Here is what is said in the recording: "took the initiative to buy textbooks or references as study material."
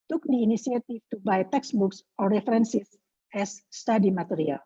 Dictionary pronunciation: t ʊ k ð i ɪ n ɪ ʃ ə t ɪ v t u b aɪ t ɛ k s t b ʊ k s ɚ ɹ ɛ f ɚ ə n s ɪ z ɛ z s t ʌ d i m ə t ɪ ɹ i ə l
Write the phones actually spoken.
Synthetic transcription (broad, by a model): t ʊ k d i n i s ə t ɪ f t u b aɪ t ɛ k s b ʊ k s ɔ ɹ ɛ f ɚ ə n s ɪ s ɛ s t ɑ d i m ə t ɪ ɹ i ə l